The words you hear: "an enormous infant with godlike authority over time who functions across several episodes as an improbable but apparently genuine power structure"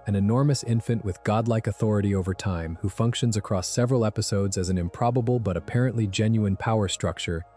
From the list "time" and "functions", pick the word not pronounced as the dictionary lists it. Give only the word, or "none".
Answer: none